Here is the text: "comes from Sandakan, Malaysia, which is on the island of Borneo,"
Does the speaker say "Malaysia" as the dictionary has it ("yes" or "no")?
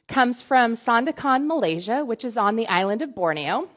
yes